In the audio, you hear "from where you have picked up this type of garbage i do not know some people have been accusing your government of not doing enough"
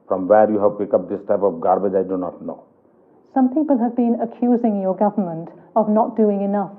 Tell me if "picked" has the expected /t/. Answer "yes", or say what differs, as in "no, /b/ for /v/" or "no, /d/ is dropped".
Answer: no, /t/ is dropped